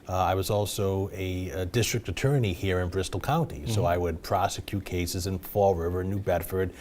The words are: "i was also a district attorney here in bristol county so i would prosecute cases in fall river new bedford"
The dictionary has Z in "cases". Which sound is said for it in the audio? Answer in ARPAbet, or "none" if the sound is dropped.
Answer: Z